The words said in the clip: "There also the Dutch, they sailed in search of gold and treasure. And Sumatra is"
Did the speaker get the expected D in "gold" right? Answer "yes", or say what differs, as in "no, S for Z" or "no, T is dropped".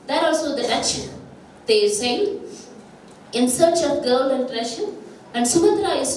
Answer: no, D is dropped